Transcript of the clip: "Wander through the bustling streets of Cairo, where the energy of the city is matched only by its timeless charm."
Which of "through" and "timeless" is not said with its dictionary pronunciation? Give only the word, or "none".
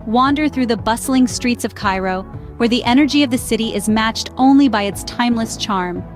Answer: none